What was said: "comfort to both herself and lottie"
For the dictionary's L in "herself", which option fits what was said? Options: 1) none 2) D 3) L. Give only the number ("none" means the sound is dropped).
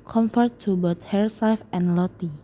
1